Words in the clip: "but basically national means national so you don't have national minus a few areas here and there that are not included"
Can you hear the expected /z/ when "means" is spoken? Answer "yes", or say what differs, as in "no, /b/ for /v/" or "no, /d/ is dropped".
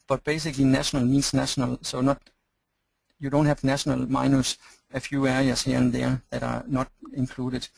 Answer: no, /s/ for /z/